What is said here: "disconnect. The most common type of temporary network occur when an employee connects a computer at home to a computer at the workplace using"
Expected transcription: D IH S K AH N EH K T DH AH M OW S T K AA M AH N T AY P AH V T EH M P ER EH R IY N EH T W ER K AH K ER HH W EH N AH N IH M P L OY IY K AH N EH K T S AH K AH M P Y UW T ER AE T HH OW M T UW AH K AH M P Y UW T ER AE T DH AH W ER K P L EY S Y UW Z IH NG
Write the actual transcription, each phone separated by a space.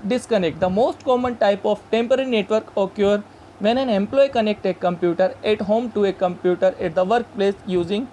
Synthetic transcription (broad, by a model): D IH S K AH N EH K T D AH M OW S T K AA M AH N T AY P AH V T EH M P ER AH R IY N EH T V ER K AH K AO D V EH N AH N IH M P L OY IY K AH N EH K T AH K AH M P Y UW T ER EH T HH OW M T UW AH K AH M P Y UW T ER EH T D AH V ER K P L EY S Y UW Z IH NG